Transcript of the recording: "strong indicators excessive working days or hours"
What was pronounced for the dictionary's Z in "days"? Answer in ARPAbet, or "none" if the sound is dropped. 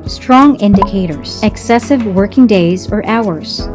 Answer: Z